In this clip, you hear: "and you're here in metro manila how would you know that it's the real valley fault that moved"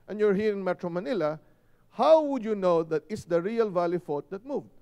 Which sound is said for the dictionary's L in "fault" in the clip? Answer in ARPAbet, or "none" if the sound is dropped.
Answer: none